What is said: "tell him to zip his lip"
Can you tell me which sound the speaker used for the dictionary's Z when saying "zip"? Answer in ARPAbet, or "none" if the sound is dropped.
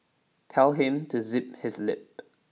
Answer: Z